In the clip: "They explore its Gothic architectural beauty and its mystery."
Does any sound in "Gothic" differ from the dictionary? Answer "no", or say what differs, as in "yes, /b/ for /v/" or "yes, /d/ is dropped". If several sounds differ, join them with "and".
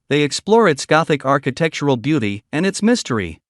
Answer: no